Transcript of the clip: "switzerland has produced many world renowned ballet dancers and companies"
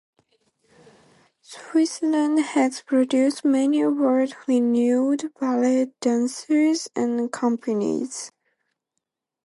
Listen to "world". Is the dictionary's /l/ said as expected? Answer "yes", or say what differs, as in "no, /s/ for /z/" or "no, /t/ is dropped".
no, /l/ is dropped